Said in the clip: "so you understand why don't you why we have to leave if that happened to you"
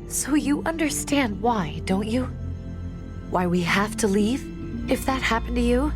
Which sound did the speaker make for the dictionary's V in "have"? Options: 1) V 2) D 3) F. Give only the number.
3